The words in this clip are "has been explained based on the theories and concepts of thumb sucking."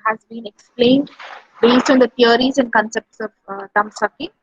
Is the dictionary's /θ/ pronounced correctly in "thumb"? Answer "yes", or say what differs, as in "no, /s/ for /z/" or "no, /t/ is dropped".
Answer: no, /t/ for /θ/